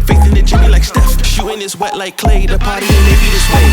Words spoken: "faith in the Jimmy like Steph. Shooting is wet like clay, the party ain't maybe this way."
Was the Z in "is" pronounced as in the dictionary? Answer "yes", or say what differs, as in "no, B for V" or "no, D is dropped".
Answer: no, S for Z